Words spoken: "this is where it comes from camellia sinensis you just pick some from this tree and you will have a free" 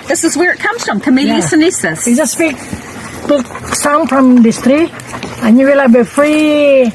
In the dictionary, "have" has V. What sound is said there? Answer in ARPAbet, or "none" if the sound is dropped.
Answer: B